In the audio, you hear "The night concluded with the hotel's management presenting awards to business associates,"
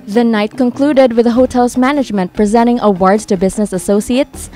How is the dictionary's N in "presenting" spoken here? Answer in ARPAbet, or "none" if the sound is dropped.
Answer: none